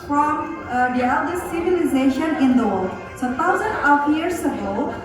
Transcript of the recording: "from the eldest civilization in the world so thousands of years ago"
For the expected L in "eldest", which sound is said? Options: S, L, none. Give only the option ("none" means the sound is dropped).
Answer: none